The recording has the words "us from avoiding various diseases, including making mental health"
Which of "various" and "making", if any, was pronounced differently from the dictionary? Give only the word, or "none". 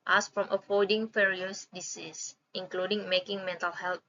various